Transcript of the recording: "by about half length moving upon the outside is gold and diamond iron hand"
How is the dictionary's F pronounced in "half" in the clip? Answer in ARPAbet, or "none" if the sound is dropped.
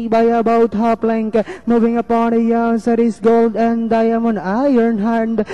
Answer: P